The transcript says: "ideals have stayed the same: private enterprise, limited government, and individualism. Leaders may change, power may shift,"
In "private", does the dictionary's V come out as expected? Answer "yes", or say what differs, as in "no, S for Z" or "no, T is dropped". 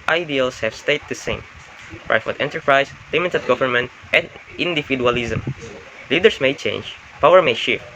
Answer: no, F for V